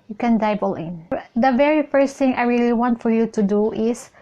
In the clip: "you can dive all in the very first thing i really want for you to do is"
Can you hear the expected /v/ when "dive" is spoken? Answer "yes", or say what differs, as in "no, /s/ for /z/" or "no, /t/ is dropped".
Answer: no, /b/ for /v/